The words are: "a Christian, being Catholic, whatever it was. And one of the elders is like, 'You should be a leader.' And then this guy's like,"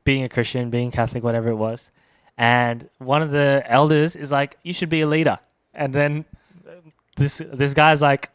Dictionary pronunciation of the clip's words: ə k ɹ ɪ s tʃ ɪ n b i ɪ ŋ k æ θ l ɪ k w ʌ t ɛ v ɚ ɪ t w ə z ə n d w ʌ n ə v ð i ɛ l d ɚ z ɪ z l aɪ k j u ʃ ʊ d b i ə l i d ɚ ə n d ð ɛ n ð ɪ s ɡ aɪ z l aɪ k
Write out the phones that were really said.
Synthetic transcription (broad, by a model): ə k ɹ ɪ s tʃ ɪ n b i ɪ ŋ k æ θ l ɪ k w ʌ t ɛ v ɚ ɪ t w ə z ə n w ʌ n ə v ð i ɛ l d ɚ z ɪ z l aɪ k j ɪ ʃ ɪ d b i ə l i d ɚ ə n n ð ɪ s ð ɪ s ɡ aɪ z l aɪ k